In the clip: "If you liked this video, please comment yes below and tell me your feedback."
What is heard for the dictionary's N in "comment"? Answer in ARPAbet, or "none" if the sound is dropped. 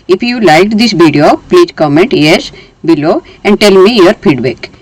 N